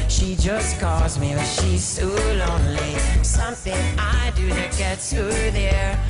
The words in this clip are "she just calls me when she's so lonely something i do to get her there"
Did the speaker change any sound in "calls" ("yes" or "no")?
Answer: no